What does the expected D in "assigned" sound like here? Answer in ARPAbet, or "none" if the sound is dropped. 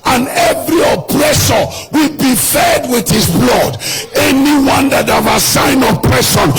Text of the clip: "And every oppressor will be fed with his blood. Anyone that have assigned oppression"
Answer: none